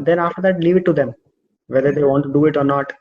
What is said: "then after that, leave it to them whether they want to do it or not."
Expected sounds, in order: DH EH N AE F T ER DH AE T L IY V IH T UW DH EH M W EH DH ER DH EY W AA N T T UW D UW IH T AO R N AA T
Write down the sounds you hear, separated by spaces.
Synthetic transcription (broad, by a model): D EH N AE F T ER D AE T L IY V IH T UW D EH M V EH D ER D EY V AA N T T UW D UW IH T AO R N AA T